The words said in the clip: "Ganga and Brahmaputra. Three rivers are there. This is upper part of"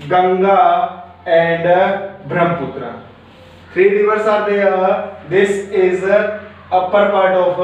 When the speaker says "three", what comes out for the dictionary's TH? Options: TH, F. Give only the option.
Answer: F